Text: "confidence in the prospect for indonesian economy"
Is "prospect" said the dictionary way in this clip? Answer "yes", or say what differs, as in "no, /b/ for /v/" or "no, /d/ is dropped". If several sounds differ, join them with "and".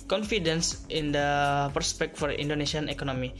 no, /ɹ/ is dropped